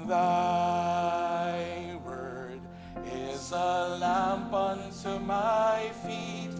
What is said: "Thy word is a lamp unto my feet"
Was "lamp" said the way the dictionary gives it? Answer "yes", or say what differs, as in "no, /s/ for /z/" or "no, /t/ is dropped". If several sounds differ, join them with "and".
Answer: yes